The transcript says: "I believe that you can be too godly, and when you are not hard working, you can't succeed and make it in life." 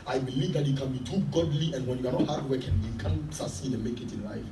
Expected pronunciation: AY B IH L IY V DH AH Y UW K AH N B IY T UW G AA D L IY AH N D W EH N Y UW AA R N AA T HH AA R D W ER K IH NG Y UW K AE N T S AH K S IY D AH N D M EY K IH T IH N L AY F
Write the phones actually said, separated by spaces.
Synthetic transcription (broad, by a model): AY B IH L IY V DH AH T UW K AH N B IY T UW G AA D L IY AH N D W EH N Y UW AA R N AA HH AA R D W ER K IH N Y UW K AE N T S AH S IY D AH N M EY K IH T IH N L AY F